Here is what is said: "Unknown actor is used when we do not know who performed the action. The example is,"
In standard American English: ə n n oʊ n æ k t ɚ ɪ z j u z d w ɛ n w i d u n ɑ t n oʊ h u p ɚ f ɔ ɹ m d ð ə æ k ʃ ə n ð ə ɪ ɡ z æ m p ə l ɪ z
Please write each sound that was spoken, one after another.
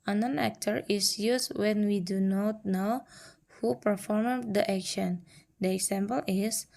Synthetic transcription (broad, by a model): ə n n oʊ n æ k t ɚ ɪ s j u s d w ɛ n w i d u n ɑ t n oʊ h u p ɚ f ɔ ɹ m d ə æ k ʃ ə n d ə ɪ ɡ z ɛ m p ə l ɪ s